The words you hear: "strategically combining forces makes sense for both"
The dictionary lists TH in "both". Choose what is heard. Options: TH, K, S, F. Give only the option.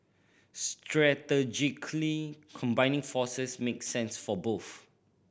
F